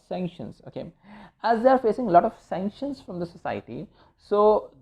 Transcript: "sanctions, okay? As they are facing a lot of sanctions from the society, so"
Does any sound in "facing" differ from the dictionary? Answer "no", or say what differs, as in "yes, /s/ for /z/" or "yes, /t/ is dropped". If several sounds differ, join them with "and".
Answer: no